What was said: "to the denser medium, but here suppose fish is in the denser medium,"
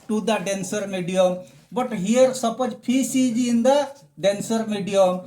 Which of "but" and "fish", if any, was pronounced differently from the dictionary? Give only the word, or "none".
fish